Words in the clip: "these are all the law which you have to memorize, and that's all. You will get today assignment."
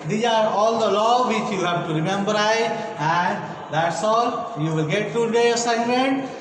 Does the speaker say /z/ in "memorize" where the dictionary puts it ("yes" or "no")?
no